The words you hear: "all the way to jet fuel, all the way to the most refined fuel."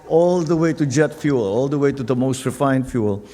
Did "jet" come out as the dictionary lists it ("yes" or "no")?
yes